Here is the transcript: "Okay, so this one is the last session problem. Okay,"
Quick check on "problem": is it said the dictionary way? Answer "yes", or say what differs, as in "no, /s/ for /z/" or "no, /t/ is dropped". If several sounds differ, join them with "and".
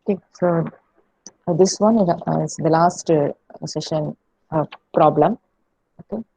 yes